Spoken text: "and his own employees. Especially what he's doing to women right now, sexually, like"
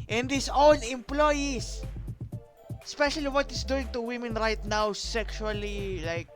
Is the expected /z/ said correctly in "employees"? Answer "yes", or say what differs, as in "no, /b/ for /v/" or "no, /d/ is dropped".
no, /s/ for /z/